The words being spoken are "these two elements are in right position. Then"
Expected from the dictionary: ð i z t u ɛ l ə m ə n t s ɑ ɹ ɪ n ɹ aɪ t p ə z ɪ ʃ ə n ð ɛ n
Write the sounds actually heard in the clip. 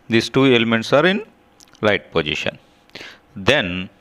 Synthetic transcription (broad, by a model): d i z t u ɛ l ə m ə n t s ɑ ɹ ɪ n l aɪ t p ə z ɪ ʃ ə n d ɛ n